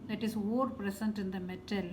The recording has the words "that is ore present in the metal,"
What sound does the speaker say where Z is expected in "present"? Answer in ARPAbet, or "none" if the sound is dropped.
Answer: S